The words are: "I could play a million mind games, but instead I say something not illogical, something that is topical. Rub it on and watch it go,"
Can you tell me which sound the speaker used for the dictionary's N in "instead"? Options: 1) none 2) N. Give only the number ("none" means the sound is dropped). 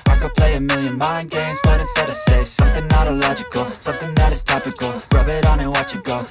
1